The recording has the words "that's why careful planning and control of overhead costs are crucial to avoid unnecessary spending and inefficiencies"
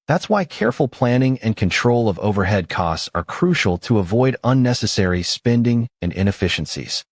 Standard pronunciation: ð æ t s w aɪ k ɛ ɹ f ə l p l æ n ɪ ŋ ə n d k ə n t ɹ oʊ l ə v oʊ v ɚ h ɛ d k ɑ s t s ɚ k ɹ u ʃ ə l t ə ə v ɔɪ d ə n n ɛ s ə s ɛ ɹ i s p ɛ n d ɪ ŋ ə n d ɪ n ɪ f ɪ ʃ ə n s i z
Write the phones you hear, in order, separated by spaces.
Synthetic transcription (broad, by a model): ð æ t s w aɪ k ɛ ɹ f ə l p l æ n ɪ ŋ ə n k ə n t ɹ oʊ l ə v oʊ v ɚ h ɛ d k ɑ s t s ɚ k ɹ u ʃ l t ə ə v ɔɪ d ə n n ɛ s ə s ɛ ɹ i s p ɛ n d ɪ ŋ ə n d ɪ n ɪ f ɪ ʃ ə n s i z